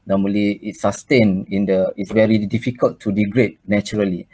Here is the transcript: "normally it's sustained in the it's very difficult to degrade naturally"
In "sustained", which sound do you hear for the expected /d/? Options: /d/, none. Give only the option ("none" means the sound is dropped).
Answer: none